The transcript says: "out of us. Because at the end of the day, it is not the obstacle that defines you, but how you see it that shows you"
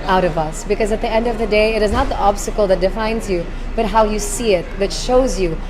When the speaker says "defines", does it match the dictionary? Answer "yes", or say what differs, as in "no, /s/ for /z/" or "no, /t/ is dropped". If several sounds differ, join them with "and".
yes